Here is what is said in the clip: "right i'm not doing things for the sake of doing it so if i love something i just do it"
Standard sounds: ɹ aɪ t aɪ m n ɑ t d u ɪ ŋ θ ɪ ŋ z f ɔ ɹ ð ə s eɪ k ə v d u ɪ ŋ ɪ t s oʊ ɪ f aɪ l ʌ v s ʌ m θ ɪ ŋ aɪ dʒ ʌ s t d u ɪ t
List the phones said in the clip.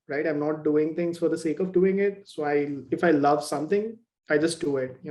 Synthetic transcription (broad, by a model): ɹ aɪ t aɪ m n ɑ t d u ɪ ŋ t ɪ ŋ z f ɔ ɹ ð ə s eɪ k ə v d u ɪ ŋ ɪ t s oʊ ɪ f aɪ l ʌ v s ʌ m t ɪ ŋ aɪ dʒ ʌ s t d u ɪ t